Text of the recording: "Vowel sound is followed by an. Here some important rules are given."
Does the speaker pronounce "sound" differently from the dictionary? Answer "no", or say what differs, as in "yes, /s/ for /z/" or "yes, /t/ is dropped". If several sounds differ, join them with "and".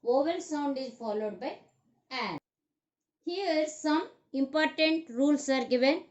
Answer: no